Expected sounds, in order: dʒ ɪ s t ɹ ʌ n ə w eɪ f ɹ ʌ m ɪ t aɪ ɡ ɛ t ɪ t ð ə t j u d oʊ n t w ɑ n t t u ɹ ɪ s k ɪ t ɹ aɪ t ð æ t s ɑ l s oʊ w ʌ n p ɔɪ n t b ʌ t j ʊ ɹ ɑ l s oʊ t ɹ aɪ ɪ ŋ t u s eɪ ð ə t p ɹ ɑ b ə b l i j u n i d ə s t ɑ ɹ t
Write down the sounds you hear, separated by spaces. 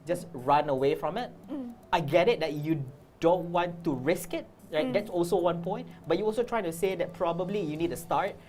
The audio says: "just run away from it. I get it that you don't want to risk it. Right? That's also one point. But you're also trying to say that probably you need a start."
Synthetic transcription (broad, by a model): dʒ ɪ s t ɹ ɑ n ə w eɪ f ɹ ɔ m ɪ t aɪ ɡ ɛ t ɪ t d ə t j u d oʊ n t w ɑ n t t u ɹ ɪ s k ɪ t ɹ aɪ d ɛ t s ɑ l s oʊ w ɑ n p ɔɪ n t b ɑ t j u ɑ l s oʊ t ɹ aɪ ɪ ŋ t u s eɪ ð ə t p ɹ ɑ b ə b l i j u n i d ə s t ɑ ɹ t